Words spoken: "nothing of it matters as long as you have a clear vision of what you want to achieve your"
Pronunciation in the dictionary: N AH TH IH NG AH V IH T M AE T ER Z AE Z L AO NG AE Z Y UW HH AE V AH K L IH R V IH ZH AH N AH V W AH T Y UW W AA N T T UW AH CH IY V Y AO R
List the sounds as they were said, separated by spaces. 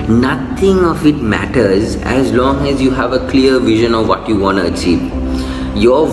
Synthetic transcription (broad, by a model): N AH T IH NG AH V IH T M AE T ER Z AE Z L AO NG AE Z Y UW HH AE V AH K L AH R V IH ZH AH N AH V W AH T Y UW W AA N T T UW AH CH IY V Y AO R